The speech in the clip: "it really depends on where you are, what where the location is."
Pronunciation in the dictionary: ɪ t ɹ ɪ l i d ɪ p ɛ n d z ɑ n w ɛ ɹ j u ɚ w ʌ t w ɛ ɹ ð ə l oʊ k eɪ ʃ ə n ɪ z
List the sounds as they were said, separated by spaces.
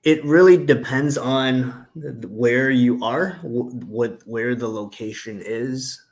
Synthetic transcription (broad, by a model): ɪ t ɹ ɪ l i d ɪ p ɛ n d z n w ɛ ɹ j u ɚ w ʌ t w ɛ ɹ ð ə l oʊ k eɪ ʃ ə n ɪ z